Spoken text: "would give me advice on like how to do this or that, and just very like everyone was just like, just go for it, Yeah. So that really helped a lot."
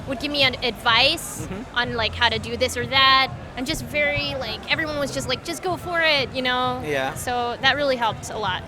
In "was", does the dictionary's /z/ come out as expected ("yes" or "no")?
yes